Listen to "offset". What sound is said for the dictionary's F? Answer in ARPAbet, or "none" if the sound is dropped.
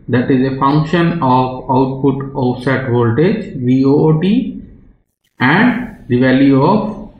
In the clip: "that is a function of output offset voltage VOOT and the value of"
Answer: none